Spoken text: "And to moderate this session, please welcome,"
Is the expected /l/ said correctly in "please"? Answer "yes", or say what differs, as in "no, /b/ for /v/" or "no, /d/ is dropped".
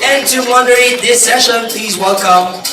yes